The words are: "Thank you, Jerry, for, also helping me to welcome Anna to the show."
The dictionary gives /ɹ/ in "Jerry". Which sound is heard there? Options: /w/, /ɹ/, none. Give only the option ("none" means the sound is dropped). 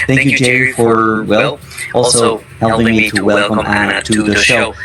none